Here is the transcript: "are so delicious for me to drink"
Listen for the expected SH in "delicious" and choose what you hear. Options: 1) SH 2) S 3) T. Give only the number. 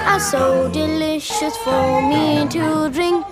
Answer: 1